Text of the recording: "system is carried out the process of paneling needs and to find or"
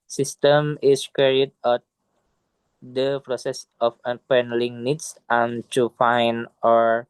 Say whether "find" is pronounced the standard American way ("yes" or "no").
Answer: no